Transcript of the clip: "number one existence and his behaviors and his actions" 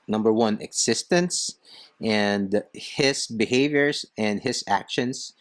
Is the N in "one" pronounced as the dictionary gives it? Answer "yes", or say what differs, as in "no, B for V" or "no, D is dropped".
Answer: yes